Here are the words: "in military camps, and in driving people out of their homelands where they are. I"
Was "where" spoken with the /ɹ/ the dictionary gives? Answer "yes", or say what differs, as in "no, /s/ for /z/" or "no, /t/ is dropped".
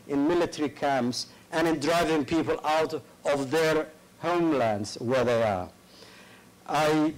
yes